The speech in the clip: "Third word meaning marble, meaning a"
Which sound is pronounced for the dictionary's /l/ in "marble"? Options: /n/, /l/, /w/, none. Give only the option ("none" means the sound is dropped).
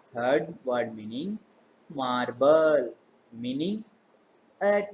/l/